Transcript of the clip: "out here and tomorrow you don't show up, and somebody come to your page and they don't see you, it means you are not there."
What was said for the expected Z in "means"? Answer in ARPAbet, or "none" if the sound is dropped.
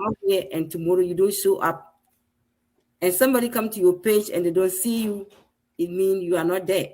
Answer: none